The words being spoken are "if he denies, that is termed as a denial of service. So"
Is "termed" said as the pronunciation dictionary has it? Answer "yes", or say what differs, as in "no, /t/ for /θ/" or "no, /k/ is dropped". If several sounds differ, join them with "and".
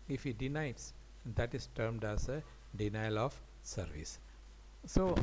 yes